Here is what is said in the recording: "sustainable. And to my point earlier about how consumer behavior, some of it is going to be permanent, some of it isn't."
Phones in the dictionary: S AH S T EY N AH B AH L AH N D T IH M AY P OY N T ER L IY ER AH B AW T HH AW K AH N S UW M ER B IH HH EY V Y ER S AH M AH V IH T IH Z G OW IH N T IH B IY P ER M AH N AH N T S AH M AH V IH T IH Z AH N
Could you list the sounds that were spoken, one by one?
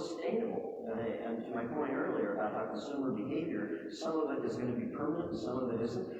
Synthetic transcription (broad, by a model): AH S T EY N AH B L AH N T IH M AY P OY N T ER L IY ER AH B AW T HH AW K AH N S UW M ER B IH HH EY V Y ER S AH M AH V IH T IH Z G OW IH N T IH B IY P ER M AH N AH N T S AH M AH V IH T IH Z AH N